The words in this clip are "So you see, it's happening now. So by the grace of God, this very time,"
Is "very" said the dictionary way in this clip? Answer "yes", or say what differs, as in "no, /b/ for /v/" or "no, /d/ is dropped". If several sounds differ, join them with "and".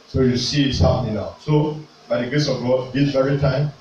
yes